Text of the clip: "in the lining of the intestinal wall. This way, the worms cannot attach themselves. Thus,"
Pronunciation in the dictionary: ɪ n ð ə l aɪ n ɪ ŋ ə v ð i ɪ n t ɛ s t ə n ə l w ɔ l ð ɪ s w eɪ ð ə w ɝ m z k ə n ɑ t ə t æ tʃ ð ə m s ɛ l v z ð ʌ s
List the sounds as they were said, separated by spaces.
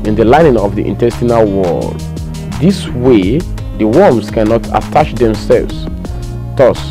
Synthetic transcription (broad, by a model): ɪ n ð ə l aɪ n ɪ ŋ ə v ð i ɪ n t ɛ s t ə n ə l w ɔ l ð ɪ s w eɪ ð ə w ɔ m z k ə n ɑ t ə t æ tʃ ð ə m s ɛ l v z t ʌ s